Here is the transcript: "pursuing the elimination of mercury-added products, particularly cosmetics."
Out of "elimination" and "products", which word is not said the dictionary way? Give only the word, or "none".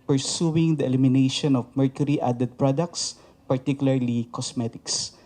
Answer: none